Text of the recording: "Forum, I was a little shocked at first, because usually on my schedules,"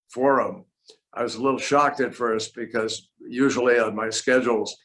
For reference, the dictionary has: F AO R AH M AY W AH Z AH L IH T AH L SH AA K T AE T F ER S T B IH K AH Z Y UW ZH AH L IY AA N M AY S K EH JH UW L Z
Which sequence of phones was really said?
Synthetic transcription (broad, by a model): F AO R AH M AY W AH Z AH L IH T L SH AA K T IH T F ER S T B IH K AH Z Y UW ZH L IY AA N M AY S K EH JH L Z